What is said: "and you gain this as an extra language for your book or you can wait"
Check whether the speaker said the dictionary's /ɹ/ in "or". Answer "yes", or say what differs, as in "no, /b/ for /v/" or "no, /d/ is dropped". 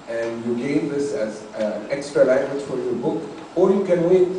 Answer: no, /l/ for /ɹ/